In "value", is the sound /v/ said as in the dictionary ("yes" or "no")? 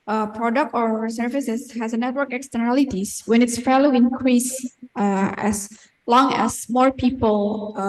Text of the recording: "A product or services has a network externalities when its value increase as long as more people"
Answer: no